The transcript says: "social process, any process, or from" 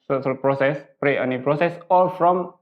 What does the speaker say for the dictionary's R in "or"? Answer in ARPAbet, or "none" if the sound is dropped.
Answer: L